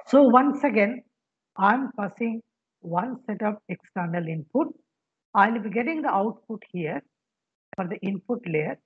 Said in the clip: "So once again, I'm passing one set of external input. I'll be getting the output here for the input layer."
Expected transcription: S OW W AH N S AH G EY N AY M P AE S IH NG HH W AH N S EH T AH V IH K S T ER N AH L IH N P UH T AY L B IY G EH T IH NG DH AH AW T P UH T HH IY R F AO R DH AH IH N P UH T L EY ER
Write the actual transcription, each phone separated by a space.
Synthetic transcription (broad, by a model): S OW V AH N S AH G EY N AY M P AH S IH NG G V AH N S EH T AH P IH K S T ER N AH L IH N P UH T AY L B IY G EH T IH NG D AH AW T P UH T HH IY R F AO R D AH IH N P UH T L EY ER